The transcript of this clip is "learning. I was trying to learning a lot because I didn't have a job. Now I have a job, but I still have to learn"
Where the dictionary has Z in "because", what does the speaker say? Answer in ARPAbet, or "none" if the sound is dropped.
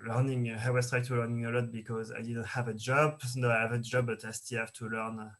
Z